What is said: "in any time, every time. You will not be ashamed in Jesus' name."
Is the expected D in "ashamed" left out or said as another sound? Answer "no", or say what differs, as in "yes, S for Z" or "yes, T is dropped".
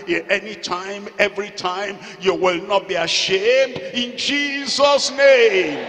no